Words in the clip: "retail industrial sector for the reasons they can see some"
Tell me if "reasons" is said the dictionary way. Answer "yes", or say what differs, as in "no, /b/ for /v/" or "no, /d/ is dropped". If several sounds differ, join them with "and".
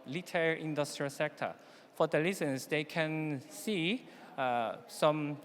no, /l/ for /ɹ/